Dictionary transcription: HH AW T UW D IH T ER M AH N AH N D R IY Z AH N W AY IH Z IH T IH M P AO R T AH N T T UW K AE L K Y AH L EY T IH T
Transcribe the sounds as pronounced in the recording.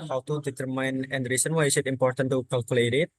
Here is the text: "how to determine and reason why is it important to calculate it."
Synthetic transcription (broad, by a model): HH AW T UW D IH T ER M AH N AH N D R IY S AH N W AY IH S IH T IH M P AO R T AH N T T UW K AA L K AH L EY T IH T